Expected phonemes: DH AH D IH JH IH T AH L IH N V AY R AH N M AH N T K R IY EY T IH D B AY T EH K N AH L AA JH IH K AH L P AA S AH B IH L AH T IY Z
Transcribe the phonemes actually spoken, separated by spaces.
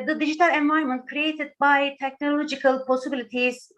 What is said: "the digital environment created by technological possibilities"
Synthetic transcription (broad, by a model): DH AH D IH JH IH T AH L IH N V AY AH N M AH N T K R IY EY T IH D B AY T EH K N AH L AA JH IH K AH L P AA S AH B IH L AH T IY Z